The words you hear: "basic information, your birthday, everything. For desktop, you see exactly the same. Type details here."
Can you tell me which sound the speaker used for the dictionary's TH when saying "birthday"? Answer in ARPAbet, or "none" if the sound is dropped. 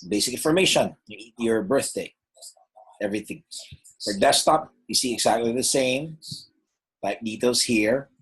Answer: TH